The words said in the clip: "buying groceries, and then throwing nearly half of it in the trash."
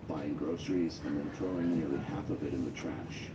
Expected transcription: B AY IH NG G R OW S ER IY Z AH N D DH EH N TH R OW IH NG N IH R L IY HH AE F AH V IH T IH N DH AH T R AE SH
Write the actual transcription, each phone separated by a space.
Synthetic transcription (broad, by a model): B AY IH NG G R OW S ER IY Z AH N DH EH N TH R OW IH NG N IH R L IY HH AE F AH V IH T IH N DH AH T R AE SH